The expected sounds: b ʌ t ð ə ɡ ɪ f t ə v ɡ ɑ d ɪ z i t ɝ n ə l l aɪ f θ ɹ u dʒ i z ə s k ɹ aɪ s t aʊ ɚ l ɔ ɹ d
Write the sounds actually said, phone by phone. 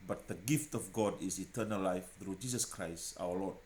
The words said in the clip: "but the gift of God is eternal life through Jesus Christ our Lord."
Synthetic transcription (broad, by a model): b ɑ t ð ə ɡ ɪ f t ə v ɡ ɑ d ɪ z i t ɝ n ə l l aɪ f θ ɹ u dʒ i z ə s k ɹ aɪ s t aʊ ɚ l ɔ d